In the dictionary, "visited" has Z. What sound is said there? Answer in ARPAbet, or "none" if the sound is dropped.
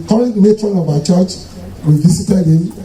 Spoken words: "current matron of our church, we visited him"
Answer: S